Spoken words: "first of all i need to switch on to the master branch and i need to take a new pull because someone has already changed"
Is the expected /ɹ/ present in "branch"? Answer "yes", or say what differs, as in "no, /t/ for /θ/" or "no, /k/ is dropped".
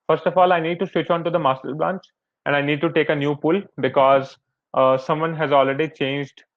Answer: no, /l/ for /ɹ/